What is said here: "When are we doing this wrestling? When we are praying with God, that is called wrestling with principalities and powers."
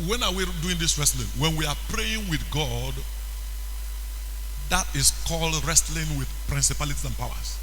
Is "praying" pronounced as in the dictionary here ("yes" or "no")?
yes